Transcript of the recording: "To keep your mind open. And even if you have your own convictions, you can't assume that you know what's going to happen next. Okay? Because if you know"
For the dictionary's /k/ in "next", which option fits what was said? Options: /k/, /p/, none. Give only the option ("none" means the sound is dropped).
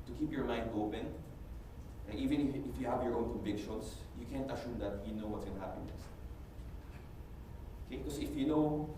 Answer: none